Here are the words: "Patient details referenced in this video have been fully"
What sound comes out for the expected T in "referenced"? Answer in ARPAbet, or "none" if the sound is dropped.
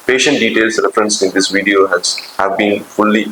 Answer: none